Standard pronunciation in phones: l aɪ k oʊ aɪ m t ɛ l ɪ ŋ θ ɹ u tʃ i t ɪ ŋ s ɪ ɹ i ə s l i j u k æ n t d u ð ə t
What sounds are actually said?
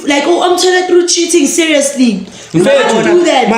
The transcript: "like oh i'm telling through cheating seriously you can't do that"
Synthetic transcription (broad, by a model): l aɪ k oʊ aɪ m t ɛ n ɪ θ ɹ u tʃ i t ɪ ŋ s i ɹ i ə s l i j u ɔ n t d u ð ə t